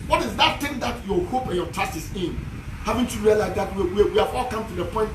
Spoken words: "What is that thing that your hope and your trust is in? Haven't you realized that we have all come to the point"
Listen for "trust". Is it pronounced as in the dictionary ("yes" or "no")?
no